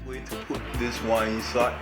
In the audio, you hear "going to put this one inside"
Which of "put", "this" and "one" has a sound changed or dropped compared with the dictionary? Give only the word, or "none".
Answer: one